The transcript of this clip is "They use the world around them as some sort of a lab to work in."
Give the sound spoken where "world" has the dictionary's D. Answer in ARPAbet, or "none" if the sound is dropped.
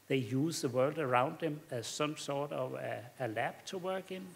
D